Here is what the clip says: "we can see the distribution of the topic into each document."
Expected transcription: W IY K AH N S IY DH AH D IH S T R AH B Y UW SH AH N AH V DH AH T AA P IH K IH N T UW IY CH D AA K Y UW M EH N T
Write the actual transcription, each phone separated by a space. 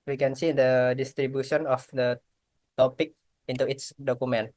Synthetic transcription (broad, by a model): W IY K AH N S IY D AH D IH S T R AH B Y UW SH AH N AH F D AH T AA P IH K IH N T UW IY S D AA K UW M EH N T